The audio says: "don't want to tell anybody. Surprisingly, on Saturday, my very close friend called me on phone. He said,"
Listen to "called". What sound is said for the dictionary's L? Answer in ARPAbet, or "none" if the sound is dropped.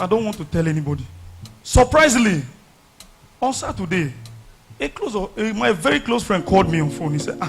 L